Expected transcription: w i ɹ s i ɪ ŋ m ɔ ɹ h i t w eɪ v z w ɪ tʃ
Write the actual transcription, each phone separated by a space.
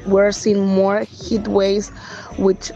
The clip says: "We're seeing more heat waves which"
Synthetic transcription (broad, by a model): w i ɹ s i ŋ m ɔ ɹ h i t w eɪ z w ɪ tʃ